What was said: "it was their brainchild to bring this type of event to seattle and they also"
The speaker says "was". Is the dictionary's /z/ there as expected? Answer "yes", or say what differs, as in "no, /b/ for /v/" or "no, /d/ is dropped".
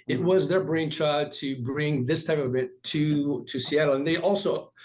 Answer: yes